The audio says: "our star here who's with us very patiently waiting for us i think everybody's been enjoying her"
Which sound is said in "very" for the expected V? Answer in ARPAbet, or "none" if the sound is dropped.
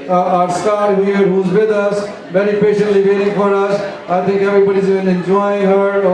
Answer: B